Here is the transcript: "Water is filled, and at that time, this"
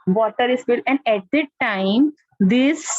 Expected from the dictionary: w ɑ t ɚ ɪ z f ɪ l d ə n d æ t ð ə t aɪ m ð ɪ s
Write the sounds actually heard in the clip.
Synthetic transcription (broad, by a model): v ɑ t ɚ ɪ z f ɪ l ə n d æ t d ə t aɪ m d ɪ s